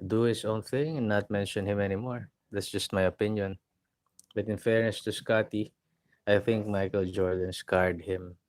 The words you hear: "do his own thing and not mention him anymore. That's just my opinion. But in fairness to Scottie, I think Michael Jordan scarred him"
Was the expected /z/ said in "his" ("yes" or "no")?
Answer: no